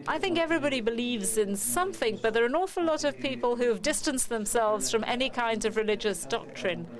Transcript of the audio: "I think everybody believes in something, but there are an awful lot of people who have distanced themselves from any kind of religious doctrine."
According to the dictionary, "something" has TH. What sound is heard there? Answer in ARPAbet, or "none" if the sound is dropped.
TH